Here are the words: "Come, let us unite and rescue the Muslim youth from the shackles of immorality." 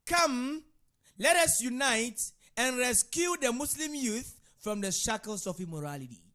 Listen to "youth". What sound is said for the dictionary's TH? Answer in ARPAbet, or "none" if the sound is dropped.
TH